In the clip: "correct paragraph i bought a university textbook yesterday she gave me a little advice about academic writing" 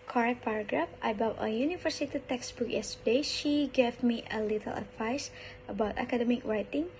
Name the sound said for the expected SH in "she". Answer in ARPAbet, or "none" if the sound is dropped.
SH